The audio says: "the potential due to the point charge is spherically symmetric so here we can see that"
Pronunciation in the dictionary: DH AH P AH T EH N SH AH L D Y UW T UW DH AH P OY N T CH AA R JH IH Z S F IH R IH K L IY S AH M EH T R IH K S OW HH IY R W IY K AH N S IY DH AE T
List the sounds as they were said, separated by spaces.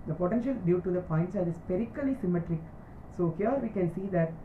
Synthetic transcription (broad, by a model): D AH P AH T EH N SH AH L D Y UW T UW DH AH P OY N T S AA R IH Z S P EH R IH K L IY S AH M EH T R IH K S OW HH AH R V IY K AH N S IY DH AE T